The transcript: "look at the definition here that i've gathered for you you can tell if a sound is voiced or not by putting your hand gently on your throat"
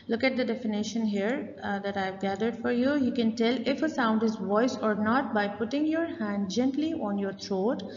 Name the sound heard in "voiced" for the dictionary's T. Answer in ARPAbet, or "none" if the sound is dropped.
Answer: none